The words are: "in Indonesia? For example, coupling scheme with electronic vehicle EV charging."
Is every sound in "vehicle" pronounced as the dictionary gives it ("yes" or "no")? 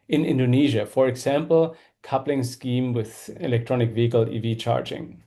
yes